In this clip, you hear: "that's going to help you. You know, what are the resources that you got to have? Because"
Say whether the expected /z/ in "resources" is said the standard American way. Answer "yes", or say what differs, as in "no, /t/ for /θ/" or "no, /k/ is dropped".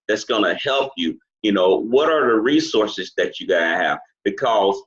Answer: yes